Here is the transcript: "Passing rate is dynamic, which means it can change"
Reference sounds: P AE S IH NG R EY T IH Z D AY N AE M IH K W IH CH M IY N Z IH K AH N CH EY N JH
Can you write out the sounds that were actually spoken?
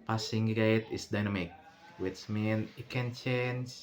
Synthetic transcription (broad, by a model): P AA S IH NG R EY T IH S D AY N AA M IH K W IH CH M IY N IH K AH N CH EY N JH